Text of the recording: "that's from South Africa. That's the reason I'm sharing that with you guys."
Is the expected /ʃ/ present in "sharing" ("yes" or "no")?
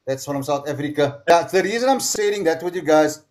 no